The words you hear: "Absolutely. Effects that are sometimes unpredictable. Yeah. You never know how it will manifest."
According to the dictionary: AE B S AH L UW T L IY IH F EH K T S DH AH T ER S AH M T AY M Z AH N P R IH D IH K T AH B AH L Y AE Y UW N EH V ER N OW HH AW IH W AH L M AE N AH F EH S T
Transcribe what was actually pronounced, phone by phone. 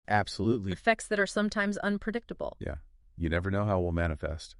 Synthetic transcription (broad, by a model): AE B S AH L UW T L IY F EH K T S DH AH T ER S AH M T AY M Z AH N P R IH D IH K T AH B L Y AE Y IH N EH V ER N OW HH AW IH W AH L M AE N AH F EH S T